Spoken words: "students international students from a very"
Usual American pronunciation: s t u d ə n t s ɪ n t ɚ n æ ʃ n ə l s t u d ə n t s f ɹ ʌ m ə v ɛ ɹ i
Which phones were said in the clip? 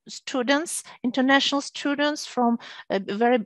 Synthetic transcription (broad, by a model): s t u d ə n t s ɪ n t ɚ n æ ʃ n ə l s t u d ə n t s f ɹ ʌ m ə v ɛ ɹ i